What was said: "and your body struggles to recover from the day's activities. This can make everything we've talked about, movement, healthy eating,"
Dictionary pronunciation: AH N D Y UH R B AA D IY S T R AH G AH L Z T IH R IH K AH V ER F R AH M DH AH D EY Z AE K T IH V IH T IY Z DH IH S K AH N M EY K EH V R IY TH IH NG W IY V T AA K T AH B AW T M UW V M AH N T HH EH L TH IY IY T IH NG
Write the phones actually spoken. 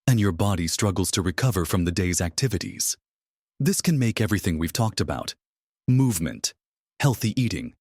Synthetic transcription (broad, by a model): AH N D Y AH R B AA D IY S T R AH G L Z T IH R IH K AH V ER F R AH M DH AH D EY Z AE K T IH V IH T IY Z DH IH S K AH N M EY K EH V R IY TH IH NG W IY V T AA K T AH B AW T M UW V M AH N T HH EH L TH IY IY T IH NG